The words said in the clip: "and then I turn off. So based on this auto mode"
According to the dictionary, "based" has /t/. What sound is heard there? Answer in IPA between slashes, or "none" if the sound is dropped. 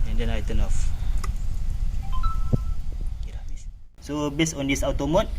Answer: none